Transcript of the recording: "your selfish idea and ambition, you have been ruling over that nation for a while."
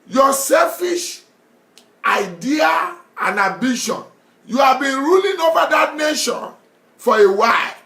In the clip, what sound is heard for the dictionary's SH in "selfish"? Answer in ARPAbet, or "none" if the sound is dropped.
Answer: SH